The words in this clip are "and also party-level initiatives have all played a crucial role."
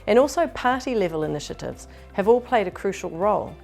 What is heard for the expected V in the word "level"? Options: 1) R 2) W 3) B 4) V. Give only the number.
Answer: 4